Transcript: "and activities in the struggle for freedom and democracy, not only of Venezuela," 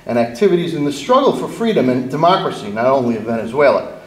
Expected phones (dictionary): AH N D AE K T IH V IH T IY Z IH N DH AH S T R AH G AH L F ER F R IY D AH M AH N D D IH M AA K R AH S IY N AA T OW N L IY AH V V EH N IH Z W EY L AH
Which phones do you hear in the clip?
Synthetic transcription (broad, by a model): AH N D AE K T IH V IH T IY Z IH N DH AH S T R AH G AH L F ER F R IY D AH M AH N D D IH M AA K R AH S IY N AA T OW N L IY AH V V EH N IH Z W EY L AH